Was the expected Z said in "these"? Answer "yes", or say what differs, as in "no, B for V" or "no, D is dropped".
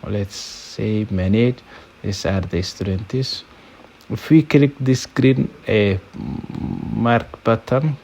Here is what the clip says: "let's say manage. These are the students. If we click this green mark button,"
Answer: no, S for Z